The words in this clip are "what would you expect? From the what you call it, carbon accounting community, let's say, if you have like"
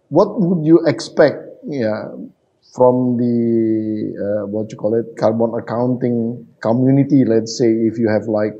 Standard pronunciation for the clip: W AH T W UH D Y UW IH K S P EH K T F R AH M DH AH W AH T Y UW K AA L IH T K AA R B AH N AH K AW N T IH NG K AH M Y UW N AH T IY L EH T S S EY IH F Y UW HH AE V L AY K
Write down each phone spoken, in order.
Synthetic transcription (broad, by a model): W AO T W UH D Y UW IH K S P EH K T F R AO M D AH W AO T Y UW K AA L IH T K AA R B AH N AH K AW N T IH NG K AH M Y UW N AH T IY L EH T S S EY IH F Y UW HH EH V L AY K